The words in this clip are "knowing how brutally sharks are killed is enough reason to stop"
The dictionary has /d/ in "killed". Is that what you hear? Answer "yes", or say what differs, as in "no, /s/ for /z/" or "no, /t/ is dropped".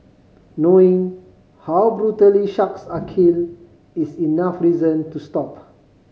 no, /d/ is dropped